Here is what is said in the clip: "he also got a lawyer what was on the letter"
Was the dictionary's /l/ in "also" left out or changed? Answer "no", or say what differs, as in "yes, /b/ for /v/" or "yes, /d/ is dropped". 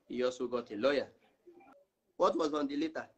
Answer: yes, /l/ is dropped